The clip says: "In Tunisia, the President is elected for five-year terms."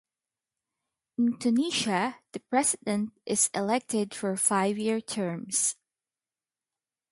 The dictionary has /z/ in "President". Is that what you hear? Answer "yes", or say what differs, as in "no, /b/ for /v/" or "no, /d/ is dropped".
no, /s/ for /z/